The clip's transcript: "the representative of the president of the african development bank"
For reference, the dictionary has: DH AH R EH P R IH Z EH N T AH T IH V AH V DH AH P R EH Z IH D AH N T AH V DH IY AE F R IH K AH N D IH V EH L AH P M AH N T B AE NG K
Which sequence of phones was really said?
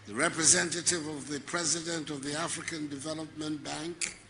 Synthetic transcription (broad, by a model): DH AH R EH P R IH Z EH N T AH T IH V AH V DH AH P R EH Z IH D AH N T AH V DH IY AE F R IH K AH N D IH V EH L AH P M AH N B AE NG K